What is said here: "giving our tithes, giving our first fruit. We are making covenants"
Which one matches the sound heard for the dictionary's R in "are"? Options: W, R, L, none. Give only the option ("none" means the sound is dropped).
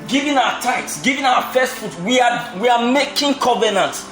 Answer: W